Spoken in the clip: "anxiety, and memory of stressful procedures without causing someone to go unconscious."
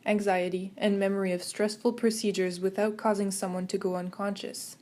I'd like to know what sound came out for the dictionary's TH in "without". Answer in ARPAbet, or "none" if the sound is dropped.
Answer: TH